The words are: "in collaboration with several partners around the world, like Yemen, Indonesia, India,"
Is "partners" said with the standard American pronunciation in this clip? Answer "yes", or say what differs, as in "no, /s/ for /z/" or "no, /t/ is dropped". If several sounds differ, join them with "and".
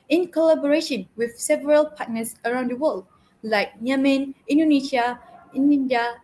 no, /s/ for /z/